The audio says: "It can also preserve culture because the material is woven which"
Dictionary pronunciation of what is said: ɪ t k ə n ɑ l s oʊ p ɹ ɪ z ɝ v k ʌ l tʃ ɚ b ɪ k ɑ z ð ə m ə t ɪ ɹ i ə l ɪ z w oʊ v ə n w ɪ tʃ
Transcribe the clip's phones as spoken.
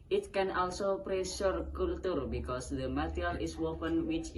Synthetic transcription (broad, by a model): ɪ t k ə n ɑ l s oʊ p ɹ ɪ s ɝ k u l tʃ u b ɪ k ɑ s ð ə m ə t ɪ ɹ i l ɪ s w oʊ f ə n w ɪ tʃ